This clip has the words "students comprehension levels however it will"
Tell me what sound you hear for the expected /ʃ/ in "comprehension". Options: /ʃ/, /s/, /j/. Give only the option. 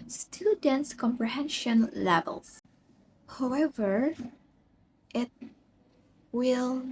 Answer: /ʃ/